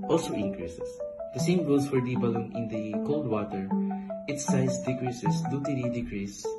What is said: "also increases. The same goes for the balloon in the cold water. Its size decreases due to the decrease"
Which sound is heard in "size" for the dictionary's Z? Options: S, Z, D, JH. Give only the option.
S